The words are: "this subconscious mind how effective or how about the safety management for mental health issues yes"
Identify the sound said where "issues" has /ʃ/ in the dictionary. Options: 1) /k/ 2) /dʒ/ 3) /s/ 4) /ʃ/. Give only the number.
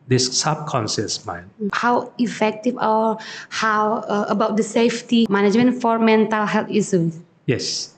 3